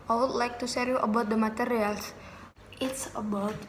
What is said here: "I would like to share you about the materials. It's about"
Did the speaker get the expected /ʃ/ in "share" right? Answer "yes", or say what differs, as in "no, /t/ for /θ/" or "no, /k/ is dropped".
no, /s/ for /ʃ/